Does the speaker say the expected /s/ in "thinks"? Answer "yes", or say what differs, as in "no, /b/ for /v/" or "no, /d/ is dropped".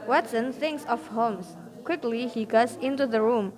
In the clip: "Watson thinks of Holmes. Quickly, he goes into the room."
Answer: yes